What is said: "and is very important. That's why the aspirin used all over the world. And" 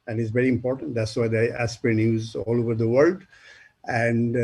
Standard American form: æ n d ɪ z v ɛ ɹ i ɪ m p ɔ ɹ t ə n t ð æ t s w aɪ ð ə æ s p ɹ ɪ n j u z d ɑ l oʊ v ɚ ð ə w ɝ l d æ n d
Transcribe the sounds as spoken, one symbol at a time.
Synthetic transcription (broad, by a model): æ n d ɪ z v ɛ ɹ i ɪ m p ɔ ɹ t ə n t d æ t s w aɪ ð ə æ s p ɹ ɪ n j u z ɑ l oʊ v ɚ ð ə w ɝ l d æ n d